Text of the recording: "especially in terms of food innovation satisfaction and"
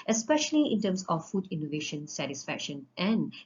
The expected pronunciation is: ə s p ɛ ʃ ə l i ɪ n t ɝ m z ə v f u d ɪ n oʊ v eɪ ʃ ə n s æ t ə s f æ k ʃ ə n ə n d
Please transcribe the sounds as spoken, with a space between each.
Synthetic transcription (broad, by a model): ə s p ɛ ʃ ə l i ɪ n t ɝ m s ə f u d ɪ n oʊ v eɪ ʃ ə n s æ t ə s f æ k ʃ ə n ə n